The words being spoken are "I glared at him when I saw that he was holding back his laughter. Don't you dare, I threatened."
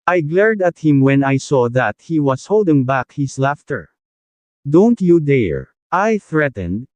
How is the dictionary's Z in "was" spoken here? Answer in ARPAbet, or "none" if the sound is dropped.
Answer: S